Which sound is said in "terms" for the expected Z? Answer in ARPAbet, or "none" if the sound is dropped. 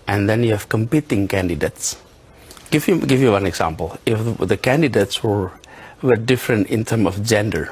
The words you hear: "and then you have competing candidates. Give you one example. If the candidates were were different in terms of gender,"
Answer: none